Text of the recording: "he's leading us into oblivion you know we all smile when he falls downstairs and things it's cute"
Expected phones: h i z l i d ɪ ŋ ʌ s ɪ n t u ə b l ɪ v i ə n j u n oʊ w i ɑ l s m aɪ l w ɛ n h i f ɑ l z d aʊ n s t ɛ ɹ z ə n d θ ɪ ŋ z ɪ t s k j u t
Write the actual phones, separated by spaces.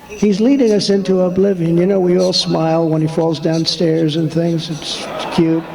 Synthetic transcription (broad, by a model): h i z l i d ɪ ŋ ʌ s ɪ n t u ə b l ɪ v i ə n j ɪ n oʊ w i ɑ l s m aɪ l w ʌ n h i f ɑ l z d aʊ n s t ɛ ɹ z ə n θ ɪ ŋ z ɪ t s k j u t